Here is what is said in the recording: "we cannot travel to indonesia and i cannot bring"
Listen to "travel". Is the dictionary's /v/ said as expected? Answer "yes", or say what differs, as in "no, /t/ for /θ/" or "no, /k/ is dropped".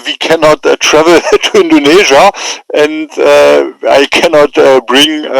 yes